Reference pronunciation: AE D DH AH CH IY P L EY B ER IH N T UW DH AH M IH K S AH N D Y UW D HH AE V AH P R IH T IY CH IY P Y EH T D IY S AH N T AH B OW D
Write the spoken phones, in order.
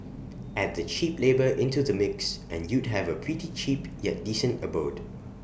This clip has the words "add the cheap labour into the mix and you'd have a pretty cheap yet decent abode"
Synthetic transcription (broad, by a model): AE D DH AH CH IY P L EY B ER IH N T UW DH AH M IH K S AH N Y UW D HH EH V AH P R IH T IY CH IY P Y EH T D IY S AH N T AH B OW D